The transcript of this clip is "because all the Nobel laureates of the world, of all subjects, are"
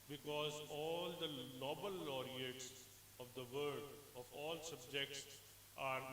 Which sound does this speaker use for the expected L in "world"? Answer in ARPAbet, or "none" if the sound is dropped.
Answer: none